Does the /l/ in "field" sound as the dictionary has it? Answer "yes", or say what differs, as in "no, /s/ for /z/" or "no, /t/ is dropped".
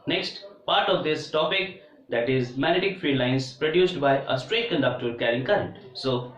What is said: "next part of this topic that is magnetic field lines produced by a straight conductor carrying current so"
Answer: no, /l/ is dropped